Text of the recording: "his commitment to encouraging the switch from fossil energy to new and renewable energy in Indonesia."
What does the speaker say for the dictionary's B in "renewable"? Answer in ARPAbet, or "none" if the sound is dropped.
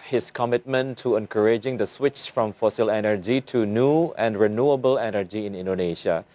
B